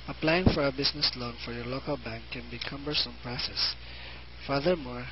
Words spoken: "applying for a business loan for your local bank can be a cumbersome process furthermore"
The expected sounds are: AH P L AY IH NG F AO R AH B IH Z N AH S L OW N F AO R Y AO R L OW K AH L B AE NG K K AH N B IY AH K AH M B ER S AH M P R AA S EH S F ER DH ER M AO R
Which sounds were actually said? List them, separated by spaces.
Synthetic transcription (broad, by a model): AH P L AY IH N F AO R AH B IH S N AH S L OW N F AO R Y AO R L OW K AH L B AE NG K K AH N B IY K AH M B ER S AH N P R AA S EH S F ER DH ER M AO R